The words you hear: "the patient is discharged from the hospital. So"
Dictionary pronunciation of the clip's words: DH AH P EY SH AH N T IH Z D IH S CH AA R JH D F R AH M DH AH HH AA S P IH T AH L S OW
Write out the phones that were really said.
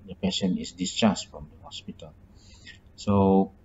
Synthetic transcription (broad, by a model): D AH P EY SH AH N IH S D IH S CH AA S F R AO M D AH HH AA S P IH T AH L S OW